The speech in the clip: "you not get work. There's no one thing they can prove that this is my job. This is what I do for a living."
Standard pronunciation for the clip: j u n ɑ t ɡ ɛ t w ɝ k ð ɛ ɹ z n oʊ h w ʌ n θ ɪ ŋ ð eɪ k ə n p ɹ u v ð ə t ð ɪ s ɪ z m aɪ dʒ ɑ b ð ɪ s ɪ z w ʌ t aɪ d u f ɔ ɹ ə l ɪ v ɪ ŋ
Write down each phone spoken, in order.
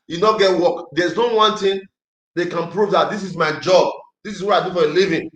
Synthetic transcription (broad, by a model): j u n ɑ ɡ ɛ t w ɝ k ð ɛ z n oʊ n w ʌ n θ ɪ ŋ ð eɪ k ə n p ɹ u v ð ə t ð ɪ s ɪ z m aɪ dʒ ɑ b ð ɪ s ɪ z w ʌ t aɪ d u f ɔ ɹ ə l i v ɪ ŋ